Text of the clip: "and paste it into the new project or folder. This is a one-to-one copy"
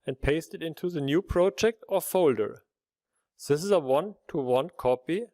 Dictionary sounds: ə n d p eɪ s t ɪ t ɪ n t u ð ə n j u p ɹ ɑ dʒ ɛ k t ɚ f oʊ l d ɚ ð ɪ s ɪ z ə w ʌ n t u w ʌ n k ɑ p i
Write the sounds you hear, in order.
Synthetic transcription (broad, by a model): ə n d p eɪ s t ɪ t ɪ n t u ð ə n j u p ɹ ɑ dʒ ɛ k t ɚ f oʊ l d ɚ ð ɪ s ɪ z ə w ʌ n t u w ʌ n k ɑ p i